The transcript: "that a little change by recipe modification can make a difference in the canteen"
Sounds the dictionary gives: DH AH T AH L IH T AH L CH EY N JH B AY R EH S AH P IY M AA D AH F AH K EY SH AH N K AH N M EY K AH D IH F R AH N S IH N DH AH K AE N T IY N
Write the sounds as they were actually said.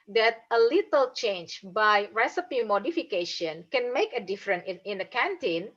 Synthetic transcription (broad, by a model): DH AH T AH L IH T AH L CH EY N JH B AY R EH S AH P IY M AA D AH F AH K EY SH AH N K AH N M EY K AH D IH F R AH N IH N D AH K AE N T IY N